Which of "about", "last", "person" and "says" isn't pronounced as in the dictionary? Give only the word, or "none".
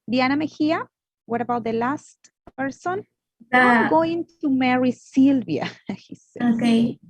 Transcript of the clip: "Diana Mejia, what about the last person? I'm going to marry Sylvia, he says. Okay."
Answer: says